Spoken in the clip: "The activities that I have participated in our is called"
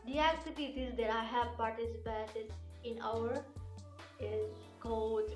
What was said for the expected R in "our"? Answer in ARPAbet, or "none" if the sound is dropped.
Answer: W